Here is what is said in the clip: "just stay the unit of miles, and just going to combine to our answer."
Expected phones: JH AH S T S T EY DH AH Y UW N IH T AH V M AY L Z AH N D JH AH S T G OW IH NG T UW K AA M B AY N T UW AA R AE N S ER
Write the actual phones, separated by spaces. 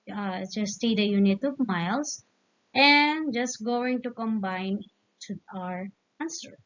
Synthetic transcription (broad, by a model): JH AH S S T EY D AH Y UW N IH T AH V M AY L S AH N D JH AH S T G OW IH NG T UW K AA M B AY N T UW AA R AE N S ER